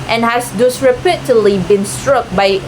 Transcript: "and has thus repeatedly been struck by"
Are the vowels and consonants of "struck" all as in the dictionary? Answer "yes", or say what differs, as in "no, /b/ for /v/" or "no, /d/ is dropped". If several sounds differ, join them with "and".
yes